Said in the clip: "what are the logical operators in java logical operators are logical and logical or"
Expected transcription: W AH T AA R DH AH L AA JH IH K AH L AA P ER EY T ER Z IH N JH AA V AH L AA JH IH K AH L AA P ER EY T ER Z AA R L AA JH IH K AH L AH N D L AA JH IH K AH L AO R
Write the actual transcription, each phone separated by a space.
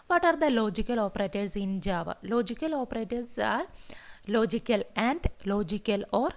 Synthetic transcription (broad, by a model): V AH T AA R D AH L AA JH IH K AH L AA P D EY T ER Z IH N JH AA V AH L AA JH IH K AH L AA P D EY T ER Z AA R L AA JH IH K AH L AH N D L AA JH IH K AH L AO R